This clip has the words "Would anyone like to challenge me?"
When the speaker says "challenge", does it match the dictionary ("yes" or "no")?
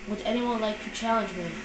yes